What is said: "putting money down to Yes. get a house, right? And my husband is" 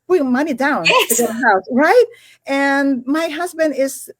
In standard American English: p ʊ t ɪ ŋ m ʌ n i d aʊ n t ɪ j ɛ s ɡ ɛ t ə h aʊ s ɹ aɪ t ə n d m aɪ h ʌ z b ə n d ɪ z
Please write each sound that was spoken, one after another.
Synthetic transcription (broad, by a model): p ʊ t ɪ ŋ m ʌ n i d aʊ n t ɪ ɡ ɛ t ə h aʊ s ɹ aɪ t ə n m aɪ h ʌ z b ə n d ɪ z